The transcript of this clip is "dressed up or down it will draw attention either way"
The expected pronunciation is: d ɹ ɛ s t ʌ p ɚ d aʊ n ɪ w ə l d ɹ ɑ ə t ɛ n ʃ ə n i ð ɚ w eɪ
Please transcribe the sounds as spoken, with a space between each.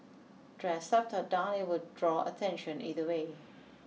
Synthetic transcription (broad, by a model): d ɹ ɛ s ɛ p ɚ d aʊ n ɪ w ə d d ɹ ɑ ə t ɛ n ʃ ə n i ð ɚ w eɪ